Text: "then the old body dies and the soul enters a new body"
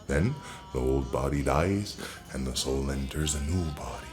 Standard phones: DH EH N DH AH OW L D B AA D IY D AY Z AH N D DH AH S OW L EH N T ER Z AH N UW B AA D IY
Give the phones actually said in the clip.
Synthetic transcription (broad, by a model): DH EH N DH AH OW L D B AA D IY D AY Z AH N DH AH S OW L EH N T ER Z AH N UW B AA D IY